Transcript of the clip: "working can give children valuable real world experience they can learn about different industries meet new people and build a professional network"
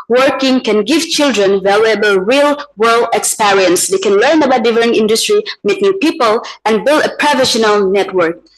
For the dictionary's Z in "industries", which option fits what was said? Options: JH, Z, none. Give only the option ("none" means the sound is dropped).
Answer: none